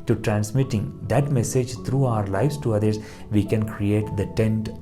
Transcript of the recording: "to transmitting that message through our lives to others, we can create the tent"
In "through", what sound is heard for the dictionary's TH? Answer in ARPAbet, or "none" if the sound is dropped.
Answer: T